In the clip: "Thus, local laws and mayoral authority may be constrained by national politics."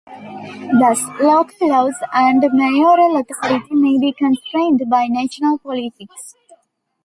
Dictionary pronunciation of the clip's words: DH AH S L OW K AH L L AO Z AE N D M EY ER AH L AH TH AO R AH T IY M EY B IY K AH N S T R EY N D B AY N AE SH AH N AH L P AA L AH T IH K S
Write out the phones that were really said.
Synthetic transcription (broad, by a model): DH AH S L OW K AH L L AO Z AE N D M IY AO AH L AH T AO R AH T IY M EY B IY K AH N S T R EY N D B AY N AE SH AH N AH L P AA L AH T IH K S